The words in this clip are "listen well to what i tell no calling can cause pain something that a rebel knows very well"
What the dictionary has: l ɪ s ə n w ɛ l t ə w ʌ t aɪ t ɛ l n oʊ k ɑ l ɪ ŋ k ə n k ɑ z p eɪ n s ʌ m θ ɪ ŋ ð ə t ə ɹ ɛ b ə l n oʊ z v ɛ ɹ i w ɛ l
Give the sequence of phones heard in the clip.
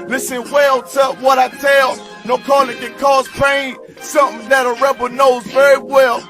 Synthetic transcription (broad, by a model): l ɪ s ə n w ɛ l t ə w ʌ t aɪ t ɛ l n oʊ k ɑ l ɪ ŋ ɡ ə k ɑ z p eɪ n s ʌ m θ ɪ ŋ ð ə t ə ɹ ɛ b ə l n oʊ z v ɛ ɹ i w ɛ l